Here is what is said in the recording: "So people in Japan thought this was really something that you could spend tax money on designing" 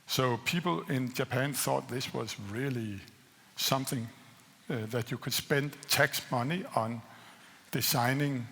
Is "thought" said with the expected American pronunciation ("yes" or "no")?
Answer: yes